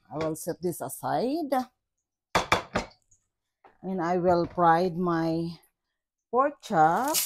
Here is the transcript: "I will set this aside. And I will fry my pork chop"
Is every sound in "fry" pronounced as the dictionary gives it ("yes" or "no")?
no